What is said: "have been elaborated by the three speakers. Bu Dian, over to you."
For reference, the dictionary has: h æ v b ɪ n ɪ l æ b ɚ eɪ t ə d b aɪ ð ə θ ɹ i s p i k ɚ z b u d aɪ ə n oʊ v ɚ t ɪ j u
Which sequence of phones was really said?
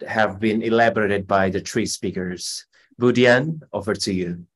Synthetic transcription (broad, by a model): h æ v b ɪ n ɪ l æ b ɚ eɪ t ə d b aɪ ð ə t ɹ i s p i k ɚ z b u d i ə n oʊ f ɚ t ɪ j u